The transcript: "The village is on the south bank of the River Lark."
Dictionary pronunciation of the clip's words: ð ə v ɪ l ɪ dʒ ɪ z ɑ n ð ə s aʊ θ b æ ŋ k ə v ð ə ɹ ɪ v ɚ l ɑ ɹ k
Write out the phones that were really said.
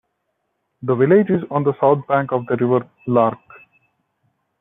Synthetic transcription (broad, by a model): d ə v ɪ l ɪ dʒ ɪ z ɑ n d ə s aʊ t b æ ŋ k ə v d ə ɹ ɪ v ɚ l ɑ ɹ k